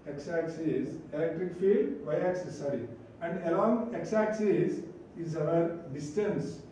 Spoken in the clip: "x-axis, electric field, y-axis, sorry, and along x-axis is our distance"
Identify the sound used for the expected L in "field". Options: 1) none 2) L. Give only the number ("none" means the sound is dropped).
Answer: 1